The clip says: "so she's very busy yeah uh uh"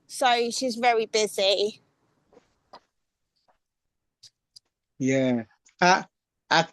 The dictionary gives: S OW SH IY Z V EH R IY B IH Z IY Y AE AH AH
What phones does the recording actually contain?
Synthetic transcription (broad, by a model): S OW SH IY Z V EH R IY B IH Z IY Y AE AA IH